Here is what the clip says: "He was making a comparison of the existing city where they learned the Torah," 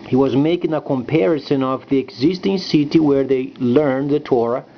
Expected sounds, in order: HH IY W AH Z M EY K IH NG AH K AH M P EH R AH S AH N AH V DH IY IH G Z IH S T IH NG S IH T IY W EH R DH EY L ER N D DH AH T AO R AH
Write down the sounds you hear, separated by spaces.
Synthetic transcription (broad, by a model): HH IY W AH Z M EY K IH NG AH K AH M P EH R AH S AH N AH V DH IY IH G Z IH S T IH NG S IH T IY W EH R DH EY L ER N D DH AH T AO R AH